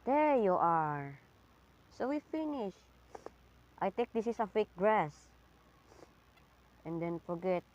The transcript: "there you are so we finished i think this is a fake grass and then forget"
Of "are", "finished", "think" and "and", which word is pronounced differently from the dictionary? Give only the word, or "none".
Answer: think